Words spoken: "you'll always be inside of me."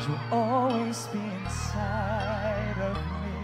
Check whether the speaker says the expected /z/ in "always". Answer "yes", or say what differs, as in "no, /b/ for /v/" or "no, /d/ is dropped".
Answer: yes